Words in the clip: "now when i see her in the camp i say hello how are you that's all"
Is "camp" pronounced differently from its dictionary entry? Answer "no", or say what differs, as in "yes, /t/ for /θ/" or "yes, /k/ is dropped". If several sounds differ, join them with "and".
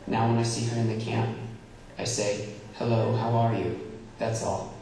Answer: no